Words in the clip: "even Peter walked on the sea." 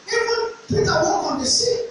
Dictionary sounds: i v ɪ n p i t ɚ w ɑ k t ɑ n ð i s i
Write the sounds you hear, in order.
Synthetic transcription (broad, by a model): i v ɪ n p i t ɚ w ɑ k ɑ n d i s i